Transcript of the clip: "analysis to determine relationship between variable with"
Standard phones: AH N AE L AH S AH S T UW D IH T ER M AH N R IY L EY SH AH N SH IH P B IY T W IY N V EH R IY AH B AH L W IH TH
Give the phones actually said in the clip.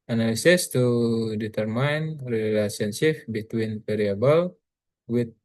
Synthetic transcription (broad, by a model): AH N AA L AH S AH S T UW D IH T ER M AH N R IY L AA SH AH N S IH F B IY T W IY N P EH R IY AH B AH L W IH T